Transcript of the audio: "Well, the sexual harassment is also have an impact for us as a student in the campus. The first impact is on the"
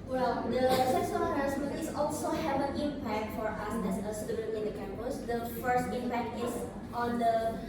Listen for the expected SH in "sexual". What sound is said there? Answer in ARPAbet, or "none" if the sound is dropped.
S